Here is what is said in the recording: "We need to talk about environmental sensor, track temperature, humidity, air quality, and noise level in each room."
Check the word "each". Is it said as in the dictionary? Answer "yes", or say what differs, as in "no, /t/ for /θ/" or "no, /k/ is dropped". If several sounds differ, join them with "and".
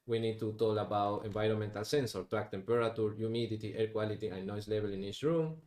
no, /s/ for /tʃ/